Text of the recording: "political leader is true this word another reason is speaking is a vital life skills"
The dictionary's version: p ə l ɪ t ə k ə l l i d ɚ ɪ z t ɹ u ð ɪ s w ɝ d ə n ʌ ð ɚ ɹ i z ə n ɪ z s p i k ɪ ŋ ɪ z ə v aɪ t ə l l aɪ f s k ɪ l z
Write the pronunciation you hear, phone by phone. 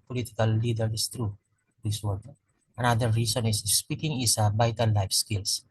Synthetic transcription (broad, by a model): p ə l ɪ t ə k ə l l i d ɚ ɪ s t ɹ u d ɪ s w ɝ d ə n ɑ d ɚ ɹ i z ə n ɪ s s p i k ɪ ŋ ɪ s ə b aɪ t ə n l aɪ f s k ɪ l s